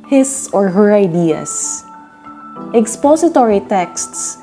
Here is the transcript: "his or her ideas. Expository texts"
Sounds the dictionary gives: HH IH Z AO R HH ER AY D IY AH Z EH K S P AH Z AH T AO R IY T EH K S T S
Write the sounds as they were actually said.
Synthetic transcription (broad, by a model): HH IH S AO R HH ER AY D IY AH S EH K S P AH S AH T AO R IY T EH K S T S